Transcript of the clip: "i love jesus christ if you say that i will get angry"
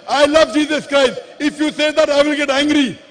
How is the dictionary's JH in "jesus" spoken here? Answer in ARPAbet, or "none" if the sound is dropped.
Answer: JH